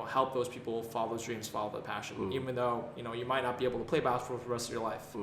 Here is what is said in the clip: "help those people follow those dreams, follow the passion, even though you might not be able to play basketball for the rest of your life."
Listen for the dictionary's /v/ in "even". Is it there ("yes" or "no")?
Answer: yes